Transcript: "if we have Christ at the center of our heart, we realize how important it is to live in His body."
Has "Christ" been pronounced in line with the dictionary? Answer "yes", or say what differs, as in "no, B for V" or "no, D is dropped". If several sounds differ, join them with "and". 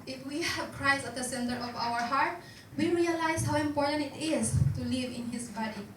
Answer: no, T is dropped